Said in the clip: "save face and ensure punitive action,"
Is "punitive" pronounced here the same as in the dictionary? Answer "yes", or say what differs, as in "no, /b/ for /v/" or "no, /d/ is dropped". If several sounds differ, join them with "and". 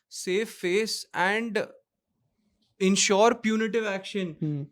yes